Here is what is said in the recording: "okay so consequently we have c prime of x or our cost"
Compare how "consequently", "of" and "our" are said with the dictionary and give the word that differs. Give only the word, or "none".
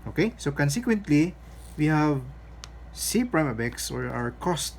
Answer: of